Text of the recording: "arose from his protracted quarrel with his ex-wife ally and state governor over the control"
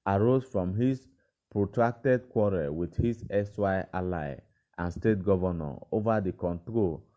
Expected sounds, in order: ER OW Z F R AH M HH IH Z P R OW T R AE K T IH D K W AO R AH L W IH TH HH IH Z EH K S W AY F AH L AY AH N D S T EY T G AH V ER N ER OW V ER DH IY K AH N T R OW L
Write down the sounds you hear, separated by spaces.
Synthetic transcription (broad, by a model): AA OW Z F R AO M HH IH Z P R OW T R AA K T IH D K W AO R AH W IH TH HH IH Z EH S W AY AH L AY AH N S T EY T G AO V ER N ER OW V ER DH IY K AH N T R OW L